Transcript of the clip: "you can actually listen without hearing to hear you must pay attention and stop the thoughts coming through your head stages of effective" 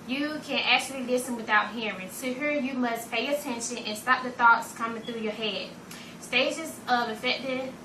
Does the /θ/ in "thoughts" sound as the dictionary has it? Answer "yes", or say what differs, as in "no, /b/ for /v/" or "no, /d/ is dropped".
yes